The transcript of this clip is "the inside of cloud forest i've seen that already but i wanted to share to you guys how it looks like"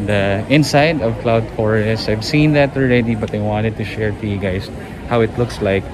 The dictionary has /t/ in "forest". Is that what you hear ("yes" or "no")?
no